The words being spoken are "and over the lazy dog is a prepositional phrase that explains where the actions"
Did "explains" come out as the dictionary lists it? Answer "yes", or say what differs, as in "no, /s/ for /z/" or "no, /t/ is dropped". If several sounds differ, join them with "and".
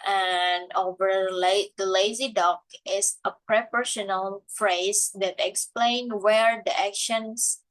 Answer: no, /z/ is dropped